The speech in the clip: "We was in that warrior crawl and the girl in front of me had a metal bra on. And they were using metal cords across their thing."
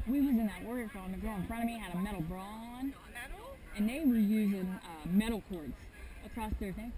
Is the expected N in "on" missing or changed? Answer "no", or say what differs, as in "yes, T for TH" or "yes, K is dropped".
yes, L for N